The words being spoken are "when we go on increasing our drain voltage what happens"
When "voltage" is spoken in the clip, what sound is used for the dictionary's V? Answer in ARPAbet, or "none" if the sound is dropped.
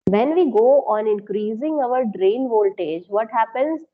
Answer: V